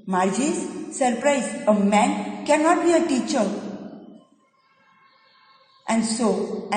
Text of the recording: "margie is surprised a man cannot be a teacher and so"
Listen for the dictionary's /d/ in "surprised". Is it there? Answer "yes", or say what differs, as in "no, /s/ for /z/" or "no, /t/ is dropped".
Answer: no, /d/ is dropped